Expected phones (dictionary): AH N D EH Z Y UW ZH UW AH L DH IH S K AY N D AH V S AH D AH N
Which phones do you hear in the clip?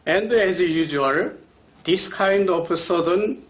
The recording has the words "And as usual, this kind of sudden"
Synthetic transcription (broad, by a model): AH N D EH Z Y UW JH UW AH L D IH S K AY N D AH P S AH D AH N